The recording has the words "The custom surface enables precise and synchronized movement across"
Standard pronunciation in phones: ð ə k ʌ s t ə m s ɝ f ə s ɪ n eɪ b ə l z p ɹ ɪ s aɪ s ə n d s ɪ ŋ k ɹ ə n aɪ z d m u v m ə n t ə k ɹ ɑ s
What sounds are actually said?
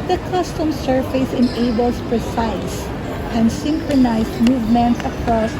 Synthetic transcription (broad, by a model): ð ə k ʌ s t ə m s ɝ f ə s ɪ n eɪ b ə l s p ɹ ɪ s aɪ s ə n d s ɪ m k ɹ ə n aɪ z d m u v m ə n t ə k ɹ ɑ s